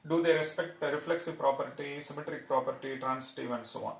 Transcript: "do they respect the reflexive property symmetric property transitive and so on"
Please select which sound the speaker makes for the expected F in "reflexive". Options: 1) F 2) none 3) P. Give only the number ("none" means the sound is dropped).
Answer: 1